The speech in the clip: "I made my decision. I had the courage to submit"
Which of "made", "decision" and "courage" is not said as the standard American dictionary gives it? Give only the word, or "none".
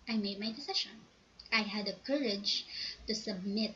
decision